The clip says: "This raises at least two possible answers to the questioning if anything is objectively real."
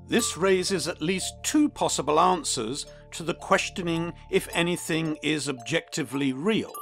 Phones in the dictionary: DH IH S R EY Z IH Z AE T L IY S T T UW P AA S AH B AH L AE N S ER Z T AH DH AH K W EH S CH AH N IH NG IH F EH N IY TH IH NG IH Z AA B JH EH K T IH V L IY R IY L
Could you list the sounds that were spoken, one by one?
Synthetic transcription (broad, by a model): DH IH S R EY Z IH Z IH T L IY S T T UW P AA S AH B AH L AE N S ER Z T AH DH AH K W EH S CH AH N IH NG IH F EH N IY TH IH NG IH Z AA B JH EH K T IH V L IY R IY L